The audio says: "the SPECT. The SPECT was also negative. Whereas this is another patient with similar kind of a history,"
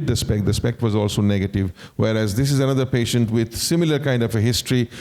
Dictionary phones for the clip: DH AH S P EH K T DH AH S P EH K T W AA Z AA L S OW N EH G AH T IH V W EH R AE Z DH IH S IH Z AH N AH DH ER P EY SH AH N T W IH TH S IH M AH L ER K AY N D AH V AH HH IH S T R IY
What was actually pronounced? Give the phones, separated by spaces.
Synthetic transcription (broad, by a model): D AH S P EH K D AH S P EH K T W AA Z AA L S OW N EH G AH T IH V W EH R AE Z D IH S IH Z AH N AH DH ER P EY SH AH N T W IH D S IH M AH L ER K AY N D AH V AH HH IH S T R IY